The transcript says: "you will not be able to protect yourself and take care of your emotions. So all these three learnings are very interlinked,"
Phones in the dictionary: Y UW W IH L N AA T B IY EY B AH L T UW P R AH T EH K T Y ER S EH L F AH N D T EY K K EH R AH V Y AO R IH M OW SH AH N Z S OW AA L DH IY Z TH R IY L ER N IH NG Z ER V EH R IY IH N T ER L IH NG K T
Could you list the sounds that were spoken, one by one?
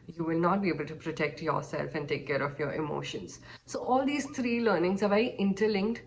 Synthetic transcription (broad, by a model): Y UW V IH L N AA T B IY EY B AH L T UW P R AH T EH K T Y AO S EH L F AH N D T EY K K EH R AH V Y AO R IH M OW SH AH N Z S OW AA L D IY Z T R IY L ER N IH NG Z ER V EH IY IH N T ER L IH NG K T